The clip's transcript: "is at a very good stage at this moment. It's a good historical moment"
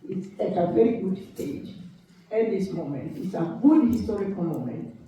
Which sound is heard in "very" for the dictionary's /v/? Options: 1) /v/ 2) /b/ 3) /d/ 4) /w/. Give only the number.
1